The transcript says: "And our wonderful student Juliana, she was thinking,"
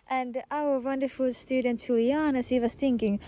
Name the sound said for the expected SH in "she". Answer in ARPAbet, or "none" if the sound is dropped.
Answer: S